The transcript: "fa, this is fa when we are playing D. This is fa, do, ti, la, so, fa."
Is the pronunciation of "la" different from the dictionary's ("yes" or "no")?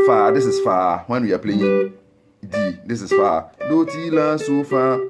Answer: no